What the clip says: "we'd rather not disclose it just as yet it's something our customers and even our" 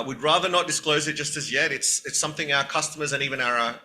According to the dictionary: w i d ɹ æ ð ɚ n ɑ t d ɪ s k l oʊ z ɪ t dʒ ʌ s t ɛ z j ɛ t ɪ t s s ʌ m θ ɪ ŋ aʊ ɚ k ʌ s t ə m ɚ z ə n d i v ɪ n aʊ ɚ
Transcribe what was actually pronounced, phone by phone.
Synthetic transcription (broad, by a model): w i d ɹ æ ð ɚ n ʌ t d ɪ s k l oʊ z ɪ t dʒ ʌ s t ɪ z j ɛ t ɪ t s s ʌ m θ ɪ ŋ aʊ ɚ k ʌ s t ə m ɚ z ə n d i v ɪ n aʊ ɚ